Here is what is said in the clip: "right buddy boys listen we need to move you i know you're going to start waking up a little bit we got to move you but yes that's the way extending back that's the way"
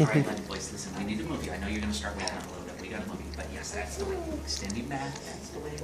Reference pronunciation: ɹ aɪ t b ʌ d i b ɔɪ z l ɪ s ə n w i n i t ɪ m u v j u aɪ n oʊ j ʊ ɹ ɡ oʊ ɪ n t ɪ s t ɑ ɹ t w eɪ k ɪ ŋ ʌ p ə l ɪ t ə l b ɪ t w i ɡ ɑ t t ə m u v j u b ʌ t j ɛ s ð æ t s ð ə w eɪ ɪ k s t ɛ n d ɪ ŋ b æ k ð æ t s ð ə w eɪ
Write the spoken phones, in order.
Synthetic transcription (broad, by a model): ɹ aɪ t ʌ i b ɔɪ s l ɪ s ə n w i n i t ɪ m u v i aɪ n oʊ j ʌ ɹ ɡ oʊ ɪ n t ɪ s t ɑ ɹ t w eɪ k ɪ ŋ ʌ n ə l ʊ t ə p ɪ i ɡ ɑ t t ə m u v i b ʌ t j ɛ s ð æ t s ð ə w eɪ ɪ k s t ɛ n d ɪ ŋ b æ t ð æ t s ð ə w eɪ